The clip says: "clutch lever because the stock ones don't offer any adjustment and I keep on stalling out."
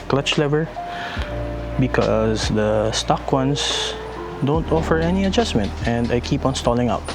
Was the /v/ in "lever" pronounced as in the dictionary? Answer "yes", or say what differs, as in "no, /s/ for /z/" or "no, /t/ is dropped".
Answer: yes